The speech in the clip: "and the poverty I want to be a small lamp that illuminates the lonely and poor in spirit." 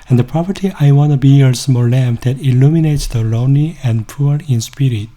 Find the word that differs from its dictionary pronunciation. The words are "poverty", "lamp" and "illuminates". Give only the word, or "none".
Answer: poverty